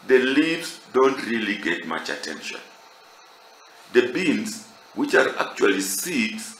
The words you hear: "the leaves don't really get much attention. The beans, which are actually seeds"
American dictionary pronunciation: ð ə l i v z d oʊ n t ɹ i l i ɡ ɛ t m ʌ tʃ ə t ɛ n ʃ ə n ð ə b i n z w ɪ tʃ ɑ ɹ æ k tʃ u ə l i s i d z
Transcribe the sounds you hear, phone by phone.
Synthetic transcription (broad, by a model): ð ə l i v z d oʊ n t ɹ i l i ɡ ɛ t m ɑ tʃ ə t ɛ n ʃ ə n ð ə b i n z w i tʃ ɑ ɹ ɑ k tʃ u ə l i s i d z